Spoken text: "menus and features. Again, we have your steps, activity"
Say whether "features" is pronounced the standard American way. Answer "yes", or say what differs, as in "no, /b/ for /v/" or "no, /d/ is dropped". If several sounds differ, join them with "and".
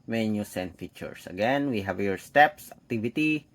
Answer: no, /s/ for /z/